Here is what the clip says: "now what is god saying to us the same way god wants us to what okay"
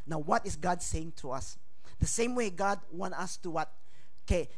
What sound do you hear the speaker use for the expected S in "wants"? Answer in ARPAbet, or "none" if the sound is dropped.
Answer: none